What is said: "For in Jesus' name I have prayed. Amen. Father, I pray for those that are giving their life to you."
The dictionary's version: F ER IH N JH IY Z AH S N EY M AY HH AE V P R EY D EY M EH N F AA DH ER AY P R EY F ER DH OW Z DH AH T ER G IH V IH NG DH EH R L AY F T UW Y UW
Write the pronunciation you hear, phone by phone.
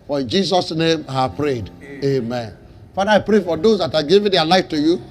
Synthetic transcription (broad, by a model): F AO IH N JH IY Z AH S N EY M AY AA P R EY D EY M EH N F AA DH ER AY P R EY F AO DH OW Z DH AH T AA G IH V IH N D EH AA L AY F T UW Y UW